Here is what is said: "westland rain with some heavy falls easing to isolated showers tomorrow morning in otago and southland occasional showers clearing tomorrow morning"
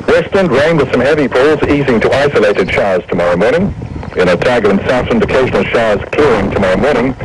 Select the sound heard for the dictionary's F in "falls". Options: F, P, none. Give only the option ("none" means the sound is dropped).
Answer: P